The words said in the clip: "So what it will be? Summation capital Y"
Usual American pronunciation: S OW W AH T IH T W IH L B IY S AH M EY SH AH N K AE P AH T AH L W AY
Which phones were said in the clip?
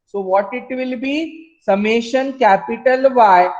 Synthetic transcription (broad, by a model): S OW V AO T IH T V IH L B IY S AH M EY SH AH N K AE P AH T AH L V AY